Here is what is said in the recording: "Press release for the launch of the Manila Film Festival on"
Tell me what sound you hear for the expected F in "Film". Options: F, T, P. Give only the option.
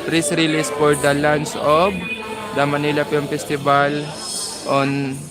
P